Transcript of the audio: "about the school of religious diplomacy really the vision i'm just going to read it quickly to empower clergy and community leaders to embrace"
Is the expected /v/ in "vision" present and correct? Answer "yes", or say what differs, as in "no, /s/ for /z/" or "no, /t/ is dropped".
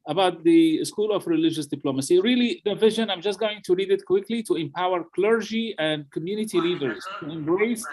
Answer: yes